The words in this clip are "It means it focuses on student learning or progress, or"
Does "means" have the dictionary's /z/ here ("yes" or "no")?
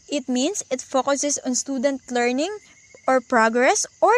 no